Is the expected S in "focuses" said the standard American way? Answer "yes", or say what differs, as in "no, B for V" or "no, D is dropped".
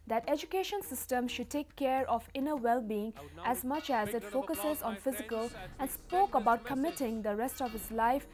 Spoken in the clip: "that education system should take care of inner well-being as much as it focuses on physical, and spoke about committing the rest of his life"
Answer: yes